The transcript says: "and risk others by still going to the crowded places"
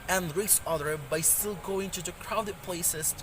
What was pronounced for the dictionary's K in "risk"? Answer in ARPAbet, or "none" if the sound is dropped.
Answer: none